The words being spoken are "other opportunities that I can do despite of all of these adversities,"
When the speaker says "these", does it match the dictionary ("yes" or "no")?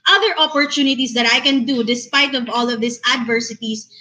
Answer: no